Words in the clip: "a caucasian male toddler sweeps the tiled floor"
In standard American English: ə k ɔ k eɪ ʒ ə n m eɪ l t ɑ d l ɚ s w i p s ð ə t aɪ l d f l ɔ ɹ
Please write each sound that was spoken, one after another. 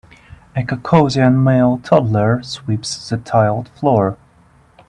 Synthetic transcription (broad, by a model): ə k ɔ k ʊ z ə n m eɪ l t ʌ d l ɚ s w i p s ð ə t aɪ l d f l ɔ ɹ